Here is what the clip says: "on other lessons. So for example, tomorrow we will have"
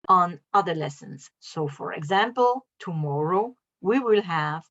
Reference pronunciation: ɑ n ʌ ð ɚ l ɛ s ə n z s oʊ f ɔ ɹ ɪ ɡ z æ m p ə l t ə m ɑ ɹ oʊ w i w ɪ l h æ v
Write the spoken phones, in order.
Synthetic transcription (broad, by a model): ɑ n ʌ ð ɚ l ɛ s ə n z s oʊ f ɔ ɹ ɪ ɡ z æ m p ə l t ə m ɑ ɹ oʊ w i w ɪ l h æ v